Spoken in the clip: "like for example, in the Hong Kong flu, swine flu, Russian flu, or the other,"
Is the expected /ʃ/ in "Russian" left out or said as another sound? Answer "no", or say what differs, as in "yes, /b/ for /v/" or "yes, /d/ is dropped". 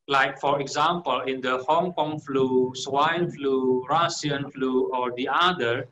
yes, /s/ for /ʃ/